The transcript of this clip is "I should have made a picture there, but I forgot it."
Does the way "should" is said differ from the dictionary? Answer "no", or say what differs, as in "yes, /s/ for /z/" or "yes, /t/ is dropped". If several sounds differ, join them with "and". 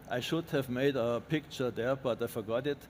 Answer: no